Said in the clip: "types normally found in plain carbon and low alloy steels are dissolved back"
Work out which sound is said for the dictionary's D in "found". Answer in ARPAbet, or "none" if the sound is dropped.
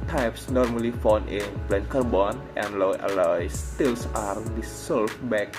none